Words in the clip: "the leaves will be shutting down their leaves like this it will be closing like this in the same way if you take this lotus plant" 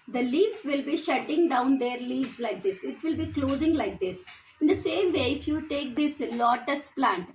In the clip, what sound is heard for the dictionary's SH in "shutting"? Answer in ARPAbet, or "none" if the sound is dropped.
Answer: SH